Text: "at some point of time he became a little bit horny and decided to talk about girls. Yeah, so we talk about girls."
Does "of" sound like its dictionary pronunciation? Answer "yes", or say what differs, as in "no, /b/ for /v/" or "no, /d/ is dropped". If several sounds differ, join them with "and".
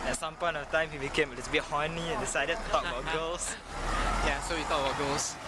no, /f/ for /v/